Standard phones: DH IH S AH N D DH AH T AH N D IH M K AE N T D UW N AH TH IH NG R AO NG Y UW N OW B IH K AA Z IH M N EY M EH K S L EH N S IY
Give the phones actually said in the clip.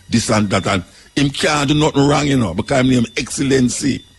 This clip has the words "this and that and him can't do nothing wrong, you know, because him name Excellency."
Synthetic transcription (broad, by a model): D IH S AH N D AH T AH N IH M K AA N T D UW N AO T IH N R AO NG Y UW N OW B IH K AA IH M N EY M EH K S L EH N S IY